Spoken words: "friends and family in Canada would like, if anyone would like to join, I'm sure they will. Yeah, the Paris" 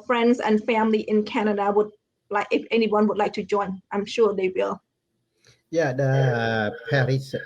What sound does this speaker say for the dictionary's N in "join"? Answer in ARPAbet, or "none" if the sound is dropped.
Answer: N